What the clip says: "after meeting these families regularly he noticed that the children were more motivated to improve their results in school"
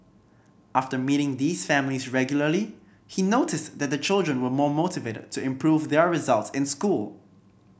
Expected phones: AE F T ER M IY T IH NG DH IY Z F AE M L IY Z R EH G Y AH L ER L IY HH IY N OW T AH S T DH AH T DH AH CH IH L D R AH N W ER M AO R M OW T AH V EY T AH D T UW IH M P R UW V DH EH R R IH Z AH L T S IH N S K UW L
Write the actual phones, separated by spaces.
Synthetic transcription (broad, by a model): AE F T ER M IY T IH NG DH IY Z F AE M L IY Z R EH G Y L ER L IY HH IY N OW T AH S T DH AH T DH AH CH IH L D R AH N W ER M AO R M OW T AH V EY T AH D T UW IH M P R UW V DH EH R R IH Z AH L T S IH N S K UW L